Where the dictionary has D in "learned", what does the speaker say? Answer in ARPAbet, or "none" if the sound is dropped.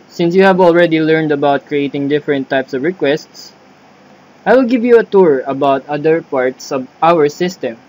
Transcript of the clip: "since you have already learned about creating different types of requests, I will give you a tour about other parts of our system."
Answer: D